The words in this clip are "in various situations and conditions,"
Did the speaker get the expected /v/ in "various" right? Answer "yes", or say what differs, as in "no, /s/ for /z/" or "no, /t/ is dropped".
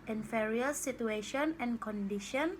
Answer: no, /f/ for /v/